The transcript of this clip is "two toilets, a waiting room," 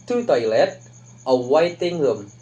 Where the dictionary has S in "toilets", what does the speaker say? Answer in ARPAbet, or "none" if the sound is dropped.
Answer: none